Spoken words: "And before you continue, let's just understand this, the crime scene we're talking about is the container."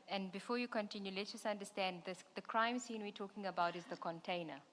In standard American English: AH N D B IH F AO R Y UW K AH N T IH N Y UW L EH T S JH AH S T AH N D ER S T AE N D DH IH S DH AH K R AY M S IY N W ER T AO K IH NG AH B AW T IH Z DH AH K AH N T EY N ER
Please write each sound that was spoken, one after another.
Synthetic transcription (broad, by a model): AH N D B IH F AO Y UW K AH N T IH N Y UW L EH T JH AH S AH N D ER S T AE N D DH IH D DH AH K R AY M S IY N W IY T AO K IH NG AH B AW T IH Z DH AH K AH N T EY N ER